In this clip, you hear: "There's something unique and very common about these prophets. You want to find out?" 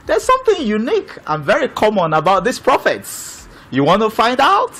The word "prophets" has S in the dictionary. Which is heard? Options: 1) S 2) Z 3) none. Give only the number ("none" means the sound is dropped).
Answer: 1